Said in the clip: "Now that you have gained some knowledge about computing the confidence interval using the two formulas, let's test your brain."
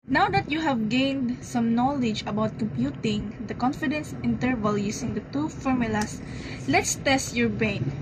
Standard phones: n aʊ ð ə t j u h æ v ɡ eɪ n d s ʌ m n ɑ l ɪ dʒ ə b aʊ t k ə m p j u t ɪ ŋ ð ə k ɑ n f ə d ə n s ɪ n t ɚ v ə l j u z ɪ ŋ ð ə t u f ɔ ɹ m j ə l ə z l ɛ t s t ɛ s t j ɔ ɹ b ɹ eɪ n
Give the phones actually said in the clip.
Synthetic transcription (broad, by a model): n aʊ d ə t j u h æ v ɡ eɪ n d s ʌ m n ɑ l ɪ dʒ ə b aʊ t k ə m p j u t ɪ ŋ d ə k ɑ n f ə d ə n s ɪ n t ɚ v ə l j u s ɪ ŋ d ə t u f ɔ ɹ m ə l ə s l ɛ t s t ɛ s t j ɔ ɹ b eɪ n